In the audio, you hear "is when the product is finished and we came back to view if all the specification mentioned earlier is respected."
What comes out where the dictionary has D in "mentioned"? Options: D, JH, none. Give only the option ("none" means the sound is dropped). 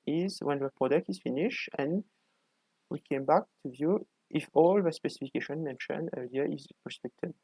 none